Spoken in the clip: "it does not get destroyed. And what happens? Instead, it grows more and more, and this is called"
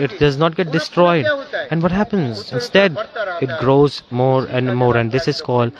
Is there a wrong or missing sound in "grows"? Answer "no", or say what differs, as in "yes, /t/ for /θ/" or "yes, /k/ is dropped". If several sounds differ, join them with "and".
no